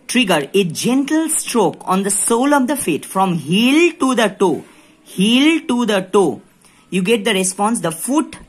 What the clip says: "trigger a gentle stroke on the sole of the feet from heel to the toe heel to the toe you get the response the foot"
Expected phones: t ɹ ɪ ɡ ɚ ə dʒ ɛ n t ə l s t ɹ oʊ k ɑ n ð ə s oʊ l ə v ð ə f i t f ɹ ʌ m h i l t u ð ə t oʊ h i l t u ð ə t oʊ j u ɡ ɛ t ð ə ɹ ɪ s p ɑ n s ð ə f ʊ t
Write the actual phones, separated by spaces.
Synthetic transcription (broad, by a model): t ɹ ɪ ɡ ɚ ə dʒ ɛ n t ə l s t ɹ oʊ k ɑ n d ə s oʊ l ə v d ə f i t f ɹ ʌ m h i l t u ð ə t oʊ h i l t u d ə t oʊ j u ɡ ɛ t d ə ɹ ɪ s p ɑ n s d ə f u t